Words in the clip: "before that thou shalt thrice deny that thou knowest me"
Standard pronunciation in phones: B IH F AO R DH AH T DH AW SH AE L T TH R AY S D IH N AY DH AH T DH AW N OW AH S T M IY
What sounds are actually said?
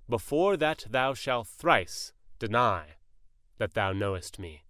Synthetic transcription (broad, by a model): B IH F AO R DH AH T DH AW SH AE L T TH R AY S D IH N AY DH AH T DH AW N OW AH S T M IY